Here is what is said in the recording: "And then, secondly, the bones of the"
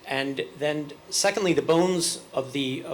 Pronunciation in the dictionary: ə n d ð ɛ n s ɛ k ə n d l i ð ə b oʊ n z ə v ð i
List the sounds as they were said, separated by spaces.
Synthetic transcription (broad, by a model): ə n ð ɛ n s ɛ k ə n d l i ð ə b oʊ n z ə v ð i